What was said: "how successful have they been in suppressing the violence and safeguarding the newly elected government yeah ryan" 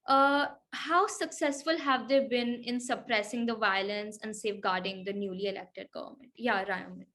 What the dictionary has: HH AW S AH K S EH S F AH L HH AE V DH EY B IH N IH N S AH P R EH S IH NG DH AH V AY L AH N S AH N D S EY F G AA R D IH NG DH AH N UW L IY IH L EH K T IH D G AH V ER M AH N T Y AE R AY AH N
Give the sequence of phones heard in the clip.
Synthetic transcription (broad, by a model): HH AW S AH K S EH S F AH L HH AE V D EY B IH N IH N S AH P R EH S IH NG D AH V AY L AH N S AH N D S EY F G AA R D IH NG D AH N UW L IY IH L EH K T IH D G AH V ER M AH N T Y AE R AY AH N